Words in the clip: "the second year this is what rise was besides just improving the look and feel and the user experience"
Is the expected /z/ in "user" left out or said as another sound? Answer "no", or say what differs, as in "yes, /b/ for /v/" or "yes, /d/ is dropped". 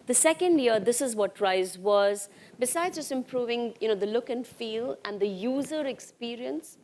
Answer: no